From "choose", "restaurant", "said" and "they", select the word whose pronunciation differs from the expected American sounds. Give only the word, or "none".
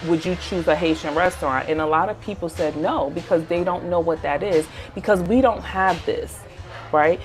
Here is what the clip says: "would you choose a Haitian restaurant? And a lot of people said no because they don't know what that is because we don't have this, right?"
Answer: none